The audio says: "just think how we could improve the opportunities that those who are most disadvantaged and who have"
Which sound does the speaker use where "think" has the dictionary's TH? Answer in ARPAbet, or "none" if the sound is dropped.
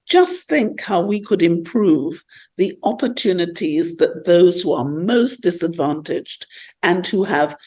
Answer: TH